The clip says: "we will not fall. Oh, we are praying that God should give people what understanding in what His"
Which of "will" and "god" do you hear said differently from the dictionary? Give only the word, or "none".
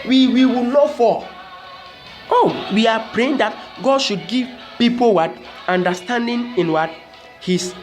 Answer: will